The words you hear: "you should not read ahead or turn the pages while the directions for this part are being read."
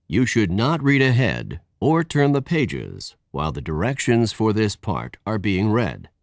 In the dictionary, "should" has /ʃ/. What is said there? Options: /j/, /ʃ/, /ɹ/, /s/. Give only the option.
/ʃ/